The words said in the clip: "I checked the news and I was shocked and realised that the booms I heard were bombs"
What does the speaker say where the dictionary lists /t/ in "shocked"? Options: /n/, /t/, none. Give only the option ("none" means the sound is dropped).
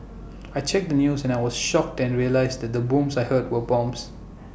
/t/